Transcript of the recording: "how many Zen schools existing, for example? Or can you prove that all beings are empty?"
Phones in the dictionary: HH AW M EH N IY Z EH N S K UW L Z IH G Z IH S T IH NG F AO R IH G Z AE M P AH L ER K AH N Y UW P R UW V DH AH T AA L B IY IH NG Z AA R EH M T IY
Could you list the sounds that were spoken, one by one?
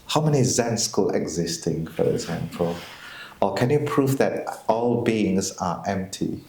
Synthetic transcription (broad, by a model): HH AW M EH N IY Z EH N S K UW L IH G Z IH S T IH NG F AO R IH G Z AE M P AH L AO K AH N Y UW P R UW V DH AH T AA L B IY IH NG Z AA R EH M T IY